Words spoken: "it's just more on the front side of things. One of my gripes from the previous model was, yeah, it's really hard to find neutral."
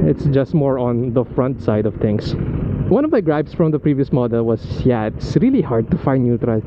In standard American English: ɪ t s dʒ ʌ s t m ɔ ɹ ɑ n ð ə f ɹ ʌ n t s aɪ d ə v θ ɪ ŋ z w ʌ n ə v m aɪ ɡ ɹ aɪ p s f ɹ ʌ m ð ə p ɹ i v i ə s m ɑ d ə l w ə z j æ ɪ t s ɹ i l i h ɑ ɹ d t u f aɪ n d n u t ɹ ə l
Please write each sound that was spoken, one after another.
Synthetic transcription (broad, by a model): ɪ t s dʒ ʌ s t m ɔ ɹ ɑ n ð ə f ɹ ʌ n t s aɪ d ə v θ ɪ ŋ s w ʌ n ə v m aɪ ɡ ɹ aɪ b s f ɹ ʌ m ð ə p ɹ i v i ə s m ɑ d ə l w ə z j æ ɪ t s ɹ i l i h ɑ ɹ d t u f aɪ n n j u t ɹ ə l